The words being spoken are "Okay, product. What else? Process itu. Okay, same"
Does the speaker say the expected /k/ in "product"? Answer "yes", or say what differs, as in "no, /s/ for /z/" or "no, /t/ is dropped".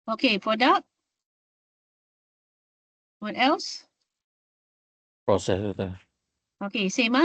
no, /k/ is dropped